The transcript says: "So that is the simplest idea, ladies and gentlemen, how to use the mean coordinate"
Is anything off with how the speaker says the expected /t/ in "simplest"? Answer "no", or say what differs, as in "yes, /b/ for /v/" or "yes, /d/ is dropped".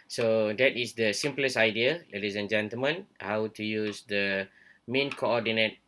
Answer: yes, /t/ is dropped